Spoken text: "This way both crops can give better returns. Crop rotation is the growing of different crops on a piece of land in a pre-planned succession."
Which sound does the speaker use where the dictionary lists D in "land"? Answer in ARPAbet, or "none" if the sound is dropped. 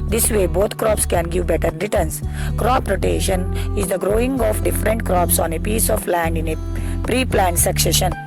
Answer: D